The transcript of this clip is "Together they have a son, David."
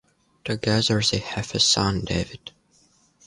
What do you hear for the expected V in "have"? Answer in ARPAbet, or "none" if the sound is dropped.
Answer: F